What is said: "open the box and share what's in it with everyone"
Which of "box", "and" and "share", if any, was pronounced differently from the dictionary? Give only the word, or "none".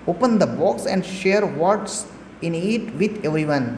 none